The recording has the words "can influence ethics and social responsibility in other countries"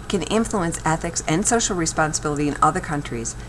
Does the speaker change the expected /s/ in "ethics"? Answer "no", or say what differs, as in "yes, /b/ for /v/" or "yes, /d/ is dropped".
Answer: no